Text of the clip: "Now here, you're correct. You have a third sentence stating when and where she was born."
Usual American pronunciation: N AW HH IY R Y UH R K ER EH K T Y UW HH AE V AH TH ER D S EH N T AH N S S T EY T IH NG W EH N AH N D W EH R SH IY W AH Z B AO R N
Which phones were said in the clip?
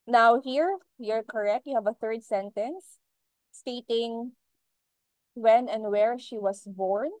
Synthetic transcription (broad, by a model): N AW HH IY R Y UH R K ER EH K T Y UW HH AE V AH TH ER D S EH N T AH N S S T EY T IH NG W EH N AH N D W EH R SH IY W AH S B AO R N